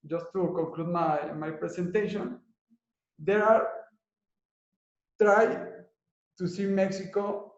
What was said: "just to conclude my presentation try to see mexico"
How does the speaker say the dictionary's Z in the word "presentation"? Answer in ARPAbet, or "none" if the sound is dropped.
S